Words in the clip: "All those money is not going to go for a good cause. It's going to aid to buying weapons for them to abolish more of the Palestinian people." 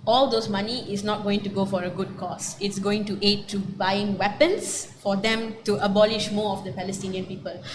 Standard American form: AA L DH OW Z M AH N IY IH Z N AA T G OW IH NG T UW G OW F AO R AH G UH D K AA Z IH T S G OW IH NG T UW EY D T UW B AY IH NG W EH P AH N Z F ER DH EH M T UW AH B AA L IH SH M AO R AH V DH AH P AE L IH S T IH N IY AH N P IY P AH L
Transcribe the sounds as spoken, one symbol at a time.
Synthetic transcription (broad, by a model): AA L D OW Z M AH N IY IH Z N AA T G OW IH NG T UW G OW F AO R AH G UH D K AA S IH T S G OW IH NG T UW EY D T UW B AY IH NG W EH P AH N S F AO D EH M T UW AH B AA L IH SH M AO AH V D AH P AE L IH S T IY N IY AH N P IY P AH L